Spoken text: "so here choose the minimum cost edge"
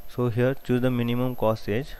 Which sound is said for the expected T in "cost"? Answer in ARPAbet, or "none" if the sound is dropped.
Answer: none